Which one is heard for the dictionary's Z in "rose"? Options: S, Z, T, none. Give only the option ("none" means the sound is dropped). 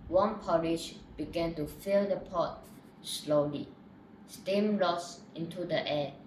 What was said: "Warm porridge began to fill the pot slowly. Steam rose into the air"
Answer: S